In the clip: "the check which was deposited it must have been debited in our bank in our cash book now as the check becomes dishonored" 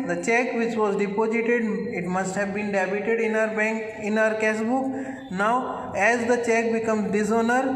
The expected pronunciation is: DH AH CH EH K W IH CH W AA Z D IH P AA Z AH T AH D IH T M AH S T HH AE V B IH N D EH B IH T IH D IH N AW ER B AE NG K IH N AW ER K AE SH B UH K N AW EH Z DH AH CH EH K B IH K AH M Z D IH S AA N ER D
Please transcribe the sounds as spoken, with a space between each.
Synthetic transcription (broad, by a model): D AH CH EH K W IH CH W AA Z D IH P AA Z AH T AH D IH T M AH S T HH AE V B IH N D EH B IH T IH D IH N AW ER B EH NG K IH N AW ER K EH S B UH K N AW EH Z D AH CH EH K B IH K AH M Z D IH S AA N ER D